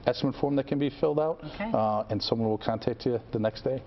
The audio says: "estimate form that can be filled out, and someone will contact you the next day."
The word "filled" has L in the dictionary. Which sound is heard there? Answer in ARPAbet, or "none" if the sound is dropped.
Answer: L